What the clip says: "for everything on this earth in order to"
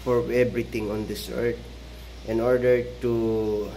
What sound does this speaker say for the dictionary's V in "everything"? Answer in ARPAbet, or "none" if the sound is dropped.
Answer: B